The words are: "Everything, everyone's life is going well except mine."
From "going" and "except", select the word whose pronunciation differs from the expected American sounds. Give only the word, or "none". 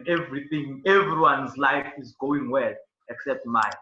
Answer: none